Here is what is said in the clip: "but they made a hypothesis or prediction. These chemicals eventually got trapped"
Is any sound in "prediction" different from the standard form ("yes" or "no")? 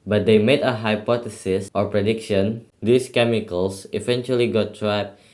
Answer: no